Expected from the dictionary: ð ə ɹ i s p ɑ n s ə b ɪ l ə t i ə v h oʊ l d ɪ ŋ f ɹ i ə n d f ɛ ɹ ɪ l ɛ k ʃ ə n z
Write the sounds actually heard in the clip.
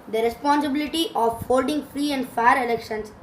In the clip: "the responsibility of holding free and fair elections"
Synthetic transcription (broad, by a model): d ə ɹ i s p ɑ n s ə b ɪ l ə t i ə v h oʊ l d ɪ ŋ f ɹ i ə n d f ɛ ɹ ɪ l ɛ k ʃ ə n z